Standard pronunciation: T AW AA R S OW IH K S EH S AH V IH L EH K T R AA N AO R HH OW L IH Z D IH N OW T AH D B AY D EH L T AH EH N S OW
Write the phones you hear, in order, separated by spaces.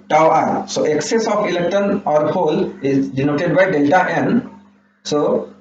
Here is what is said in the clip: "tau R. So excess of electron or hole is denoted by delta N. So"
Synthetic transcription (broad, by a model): T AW AA R S OW IH K S EH S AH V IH L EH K T AA N AO R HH OW L IH Z D IH N OW T AH D B AY D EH L T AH EH N S OW